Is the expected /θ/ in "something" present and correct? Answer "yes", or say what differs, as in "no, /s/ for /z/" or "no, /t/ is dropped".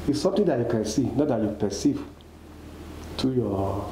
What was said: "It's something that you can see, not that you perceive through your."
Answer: no, /t/ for /θ/